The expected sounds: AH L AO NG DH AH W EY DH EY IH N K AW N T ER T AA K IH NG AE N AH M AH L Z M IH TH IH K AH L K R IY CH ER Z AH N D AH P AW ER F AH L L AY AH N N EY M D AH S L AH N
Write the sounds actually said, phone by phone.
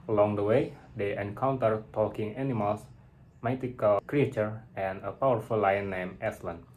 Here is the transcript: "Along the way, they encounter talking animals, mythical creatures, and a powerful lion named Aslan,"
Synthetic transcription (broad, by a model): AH L AO NG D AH W EY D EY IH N K AW N T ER T AA K IH NG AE N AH M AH L S M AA T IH K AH L K R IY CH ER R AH N AH P AW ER F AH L L AY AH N N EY M AH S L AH N